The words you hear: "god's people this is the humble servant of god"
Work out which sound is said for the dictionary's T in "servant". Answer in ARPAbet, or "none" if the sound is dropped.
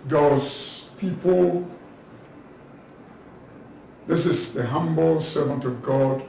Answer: T